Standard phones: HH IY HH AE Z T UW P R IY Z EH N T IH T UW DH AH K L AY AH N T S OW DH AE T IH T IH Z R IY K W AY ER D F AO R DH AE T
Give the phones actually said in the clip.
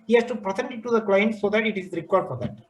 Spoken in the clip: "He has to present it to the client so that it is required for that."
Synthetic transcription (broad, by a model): HH IY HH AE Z T UW P R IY S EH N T IH T UW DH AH K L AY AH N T S OW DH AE T IH T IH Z R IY K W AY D F AO R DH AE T